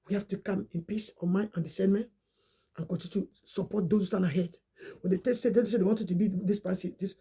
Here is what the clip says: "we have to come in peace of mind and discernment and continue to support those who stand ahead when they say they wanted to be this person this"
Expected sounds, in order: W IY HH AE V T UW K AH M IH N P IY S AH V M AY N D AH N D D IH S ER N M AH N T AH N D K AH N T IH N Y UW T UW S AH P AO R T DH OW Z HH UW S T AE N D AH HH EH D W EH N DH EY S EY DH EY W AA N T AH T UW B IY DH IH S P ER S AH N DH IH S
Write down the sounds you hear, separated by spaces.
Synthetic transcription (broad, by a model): W IY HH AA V T UW K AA M IH N P IY S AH M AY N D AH N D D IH S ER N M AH N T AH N K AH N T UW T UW S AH P AO T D OW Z HH UW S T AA N AH HH EH D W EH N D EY S EY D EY W AA N T AH T UW B IY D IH S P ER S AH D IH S